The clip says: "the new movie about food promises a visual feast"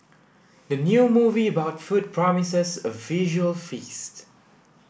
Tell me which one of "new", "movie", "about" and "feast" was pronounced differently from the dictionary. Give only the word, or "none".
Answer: none